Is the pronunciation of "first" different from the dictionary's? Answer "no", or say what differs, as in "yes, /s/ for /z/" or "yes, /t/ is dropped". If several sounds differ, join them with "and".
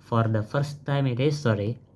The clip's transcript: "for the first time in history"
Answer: no